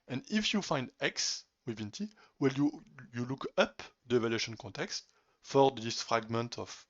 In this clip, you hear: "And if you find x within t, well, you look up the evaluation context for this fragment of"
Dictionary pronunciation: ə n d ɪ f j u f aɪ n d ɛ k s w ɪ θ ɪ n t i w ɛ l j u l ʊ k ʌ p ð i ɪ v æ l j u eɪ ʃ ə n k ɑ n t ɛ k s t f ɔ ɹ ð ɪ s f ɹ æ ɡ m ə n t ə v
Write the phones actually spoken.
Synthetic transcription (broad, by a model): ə n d ɪ f j u f aɪ n d ɛ k s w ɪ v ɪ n t i w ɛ l j u l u k ʌ p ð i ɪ v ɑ l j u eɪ ʃ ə n k ɑ n t ɛ k s t f ɔ ɹ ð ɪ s f ɹ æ ɡ m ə n t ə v